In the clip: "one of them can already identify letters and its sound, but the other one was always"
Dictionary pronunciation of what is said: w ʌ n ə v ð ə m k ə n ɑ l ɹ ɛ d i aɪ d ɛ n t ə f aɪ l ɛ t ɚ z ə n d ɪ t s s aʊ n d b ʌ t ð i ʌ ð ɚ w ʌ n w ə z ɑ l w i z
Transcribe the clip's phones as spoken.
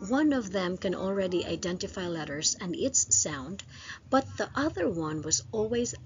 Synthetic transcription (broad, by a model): w ʌ n ə v ð ə m k ə n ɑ l ɹ ɛ d i aɪ d ɛ n t ə f aɪ l ɛ t ɚ z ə n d ɪ t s s aʊ n d b ʌ t ð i ʌ ð ɚ w ʌ n w ə z ɑ l w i z